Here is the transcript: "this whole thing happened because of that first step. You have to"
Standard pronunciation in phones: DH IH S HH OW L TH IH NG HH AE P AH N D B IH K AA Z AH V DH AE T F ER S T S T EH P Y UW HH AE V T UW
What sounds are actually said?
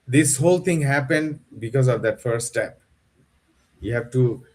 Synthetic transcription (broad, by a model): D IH S HH OW L T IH NG HH AE P AH N D B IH K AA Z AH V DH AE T F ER T S T EH P Y UW HH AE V T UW